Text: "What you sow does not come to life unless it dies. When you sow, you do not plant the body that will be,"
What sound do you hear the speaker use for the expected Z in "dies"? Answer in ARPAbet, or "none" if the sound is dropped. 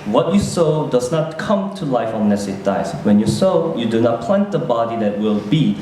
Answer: S